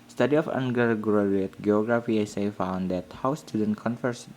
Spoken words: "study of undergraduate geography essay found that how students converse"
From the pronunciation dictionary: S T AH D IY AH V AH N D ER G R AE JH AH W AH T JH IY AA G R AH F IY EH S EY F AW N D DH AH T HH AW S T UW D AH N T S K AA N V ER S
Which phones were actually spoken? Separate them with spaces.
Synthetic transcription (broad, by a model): S T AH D IY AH F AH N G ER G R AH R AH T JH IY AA G R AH F IY EH S EY F AW N D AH T HH AW S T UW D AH N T K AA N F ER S